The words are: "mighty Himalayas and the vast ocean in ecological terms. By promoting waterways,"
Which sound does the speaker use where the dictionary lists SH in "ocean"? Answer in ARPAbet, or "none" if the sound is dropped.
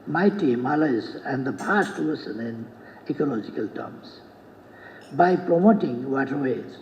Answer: S